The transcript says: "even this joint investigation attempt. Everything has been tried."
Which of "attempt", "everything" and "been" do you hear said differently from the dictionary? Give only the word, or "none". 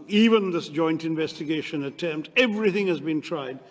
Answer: none